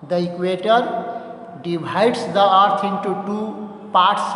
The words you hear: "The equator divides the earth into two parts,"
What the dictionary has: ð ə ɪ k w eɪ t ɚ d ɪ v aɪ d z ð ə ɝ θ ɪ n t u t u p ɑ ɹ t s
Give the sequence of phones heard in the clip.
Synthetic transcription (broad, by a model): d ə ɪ k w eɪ t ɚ d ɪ b aɪ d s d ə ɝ t ɪ n t u t u p ɑ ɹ t s